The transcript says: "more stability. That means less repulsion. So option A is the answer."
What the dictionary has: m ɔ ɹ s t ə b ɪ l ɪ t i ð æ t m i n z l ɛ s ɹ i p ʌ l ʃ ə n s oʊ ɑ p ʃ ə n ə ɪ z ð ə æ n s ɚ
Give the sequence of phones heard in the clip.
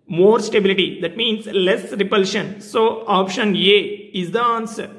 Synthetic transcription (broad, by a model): m ɔ ɹ s t ə b ɪ l ɪ t i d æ t m i n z l ɛ s ɹ i p ʌ l ʃ ə n s oʊ ɑ p ʃ ə n ə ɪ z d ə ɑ n s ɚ